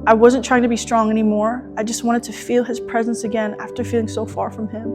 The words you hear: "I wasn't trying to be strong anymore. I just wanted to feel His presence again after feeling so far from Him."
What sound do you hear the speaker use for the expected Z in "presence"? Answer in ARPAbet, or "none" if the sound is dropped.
Z